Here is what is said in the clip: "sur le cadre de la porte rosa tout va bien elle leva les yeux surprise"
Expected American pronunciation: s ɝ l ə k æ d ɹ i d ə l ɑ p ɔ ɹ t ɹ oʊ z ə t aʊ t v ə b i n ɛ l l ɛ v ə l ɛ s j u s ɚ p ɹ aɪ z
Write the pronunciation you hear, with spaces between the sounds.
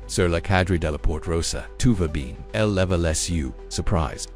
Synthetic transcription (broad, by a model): s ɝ l ə k æ d ɹ i d ə l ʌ p ɔ ɹ t ɹ oʊ s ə t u v ə b i n ɛ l l ɛ v ə l ɛ s j u s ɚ p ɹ aɪ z